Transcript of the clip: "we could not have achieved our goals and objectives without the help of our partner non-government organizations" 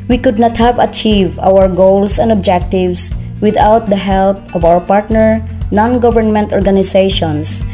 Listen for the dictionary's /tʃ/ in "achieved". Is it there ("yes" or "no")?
yes